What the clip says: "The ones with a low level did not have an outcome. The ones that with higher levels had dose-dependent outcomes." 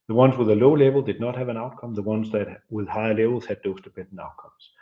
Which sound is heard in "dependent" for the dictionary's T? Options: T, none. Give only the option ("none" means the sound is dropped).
none